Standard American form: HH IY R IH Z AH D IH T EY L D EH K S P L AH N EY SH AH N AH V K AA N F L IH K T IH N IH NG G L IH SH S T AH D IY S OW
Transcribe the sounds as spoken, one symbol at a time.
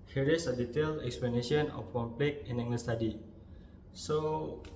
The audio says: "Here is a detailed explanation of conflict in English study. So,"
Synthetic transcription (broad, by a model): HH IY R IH S AH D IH T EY L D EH K S P L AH N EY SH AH N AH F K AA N P L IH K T IH N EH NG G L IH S T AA D IY S OW